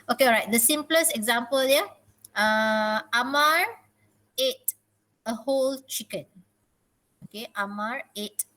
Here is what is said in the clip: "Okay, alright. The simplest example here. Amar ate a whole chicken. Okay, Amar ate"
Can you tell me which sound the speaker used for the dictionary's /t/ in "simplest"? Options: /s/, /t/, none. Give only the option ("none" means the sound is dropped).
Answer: none